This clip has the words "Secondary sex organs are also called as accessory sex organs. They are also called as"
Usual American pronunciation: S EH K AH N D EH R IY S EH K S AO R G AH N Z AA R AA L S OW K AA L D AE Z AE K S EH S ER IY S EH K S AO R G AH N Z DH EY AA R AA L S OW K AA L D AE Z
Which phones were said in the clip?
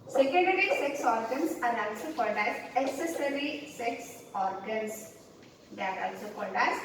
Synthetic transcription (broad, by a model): S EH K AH N D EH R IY S EH K S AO R G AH N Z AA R AA L S OW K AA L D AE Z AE S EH S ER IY S EH K S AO R G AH N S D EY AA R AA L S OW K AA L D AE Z